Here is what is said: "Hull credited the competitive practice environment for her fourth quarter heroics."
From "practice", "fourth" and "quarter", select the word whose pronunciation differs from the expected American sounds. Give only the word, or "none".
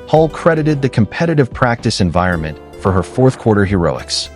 none